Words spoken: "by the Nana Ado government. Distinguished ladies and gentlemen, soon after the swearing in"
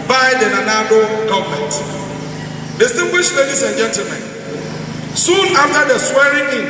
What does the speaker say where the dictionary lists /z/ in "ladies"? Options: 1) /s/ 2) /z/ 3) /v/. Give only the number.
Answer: 1